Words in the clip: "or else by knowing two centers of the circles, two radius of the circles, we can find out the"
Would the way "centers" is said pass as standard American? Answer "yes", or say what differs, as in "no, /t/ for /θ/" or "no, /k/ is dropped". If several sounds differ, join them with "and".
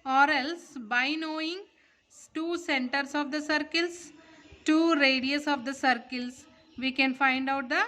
no, /s/ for /z/